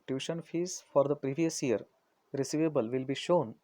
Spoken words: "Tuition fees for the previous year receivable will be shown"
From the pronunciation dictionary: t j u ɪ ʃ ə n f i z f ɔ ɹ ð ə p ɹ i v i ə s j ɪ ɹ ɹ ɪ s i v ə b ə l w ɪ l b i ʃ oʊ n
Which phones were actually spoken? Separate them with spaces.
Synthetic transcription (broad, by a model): t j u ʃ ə n f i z f ɔ ɹ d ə p ɹ i v i ə s j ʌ ɹ ɹ ɪ s i v ə b ə l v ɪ l b i ʃ oʊ n